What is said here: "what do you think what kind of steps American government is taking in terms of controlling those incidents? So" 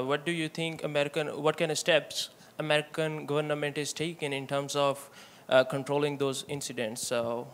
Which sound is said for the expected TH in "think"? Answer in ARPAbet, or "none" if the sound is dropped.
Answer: T